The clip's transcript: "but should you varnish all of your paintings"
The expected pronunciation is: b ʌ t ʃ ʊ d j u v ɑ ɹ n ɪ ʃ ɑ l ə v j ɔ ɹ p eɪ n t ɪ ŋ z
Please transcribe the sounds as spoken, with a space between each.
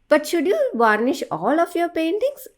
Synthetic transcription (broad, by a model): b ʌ t ʃ ʊ d j u v ɑ ɹ n ɪ ʃ ɑ l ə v j ɔ ɹ p eɪ n t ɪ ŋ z